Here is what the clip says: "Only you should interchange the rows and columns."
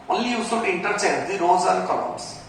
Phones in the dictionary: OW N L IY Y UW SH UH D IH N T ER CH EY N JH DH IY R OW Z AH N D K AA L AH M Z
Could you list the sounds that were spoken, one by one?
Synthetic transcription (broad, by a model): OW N L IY Y UW S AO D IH N T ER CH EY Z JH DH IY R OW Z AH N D K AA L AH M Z